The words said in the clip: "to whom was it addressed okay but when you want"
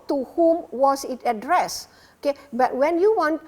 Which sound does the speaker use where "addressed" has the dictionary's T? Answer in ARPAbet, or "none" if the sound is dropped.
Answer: none